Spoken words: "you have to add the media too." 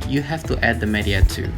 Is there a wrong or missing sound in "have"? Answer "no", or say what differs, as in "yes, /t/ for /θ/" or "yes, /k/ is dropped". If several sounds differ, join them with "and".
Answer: yes, /f/ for /v/